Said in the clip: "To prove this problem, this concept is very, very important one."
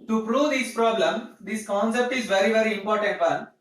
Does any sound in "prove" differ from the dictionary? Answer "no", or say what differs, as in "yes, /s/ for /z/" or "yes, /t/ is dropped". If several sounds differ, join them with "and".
no